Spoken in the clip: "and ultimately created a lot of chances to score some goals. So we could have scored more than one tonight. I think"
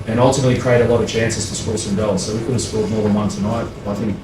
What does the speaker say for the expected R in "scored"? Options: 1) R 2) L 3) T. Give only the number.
2